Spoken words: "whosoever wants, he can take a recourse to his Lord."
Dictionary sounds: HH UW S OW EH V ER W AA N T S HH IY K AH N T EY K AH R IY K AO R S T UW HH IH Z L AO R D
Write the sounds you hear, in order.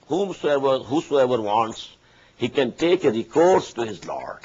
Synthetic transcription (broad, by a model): HH UW S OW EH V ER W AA N T S HH IY K AH N T EY K AH R IY K AO R S T UW HH IH Z L AO R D